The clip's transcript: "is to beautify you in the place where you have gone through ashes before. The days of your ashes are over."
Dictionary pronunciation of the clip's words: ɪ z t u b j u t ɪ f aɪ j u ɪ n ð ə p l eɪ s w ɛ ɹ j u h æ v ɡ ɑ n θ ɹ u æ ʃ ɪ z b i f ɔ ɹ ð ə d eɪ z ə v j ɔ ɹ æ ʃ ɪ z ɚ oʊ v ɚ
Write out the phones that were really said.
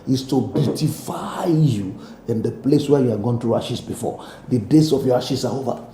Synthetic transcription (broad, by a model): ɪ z t u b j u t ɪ f aɪ j u ɪ n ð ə p l eɪ s w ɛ j u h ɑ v ɡ ɑ n t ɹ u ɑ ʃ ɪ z b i f ɔ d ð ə d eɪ s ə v j ɔ ɹ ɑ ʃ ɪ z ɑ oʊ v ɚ